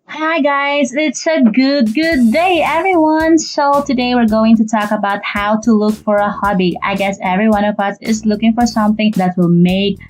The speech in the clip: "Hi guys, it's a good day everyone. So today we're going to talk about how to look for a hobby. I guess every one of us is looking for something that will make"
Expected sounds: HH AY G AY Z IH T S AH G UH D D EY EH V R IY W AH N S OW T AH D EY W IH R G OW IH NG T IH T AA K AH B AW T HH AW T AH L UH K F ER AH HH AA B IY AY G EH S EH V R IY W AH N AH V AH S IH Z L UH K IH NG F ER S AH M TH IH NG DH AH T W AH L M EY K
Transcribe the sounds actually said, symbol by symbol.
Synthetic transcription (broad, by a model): HH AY G AY Z IH T S AH G UH D D EY EH V R IY W AH N S OW T AH D EY W IH R G OW IH NG T IH T AA K AH B AW T HH AW T AH L UH K F ER AH HH AA B IY AY G EH S EH V R IY W AH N AH V AH S IH Z L UH K IH NG F ER S AH M TH IH NG DH AH T W AH L M EY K